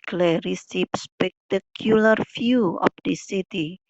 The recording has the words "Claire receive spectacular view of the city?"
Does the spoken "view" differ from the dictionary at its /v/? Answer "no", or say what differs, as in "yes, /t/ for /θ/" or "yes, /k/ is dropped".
yes, /f/ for /v/